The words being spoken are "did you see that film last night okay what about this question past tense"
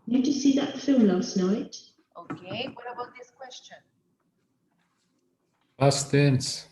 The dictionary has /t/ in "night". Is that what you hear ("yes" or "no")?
yes